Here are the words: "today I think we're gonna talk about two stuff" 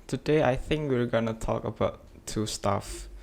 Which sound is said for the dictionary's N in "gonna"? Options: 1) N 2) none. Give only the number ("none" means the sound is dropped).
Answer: 1